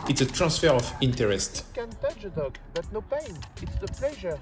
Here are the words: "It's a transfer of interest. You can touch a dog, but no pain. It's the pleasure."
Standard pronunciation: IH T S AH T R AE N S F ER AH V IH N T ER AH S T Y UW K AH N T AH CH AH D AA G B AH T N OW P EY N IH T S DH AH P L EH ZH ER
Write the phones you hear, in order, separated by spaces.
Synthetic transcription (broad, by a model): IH T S AH T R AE S F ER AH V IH N T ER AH S T K AH N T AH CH AH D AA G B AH T N OW P EY N IH T S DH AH P L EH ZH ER